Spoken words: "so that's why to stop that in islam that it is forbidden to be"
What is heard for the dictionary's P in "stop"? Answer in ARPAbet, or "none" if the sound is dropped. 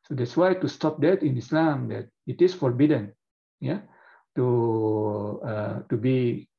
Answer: P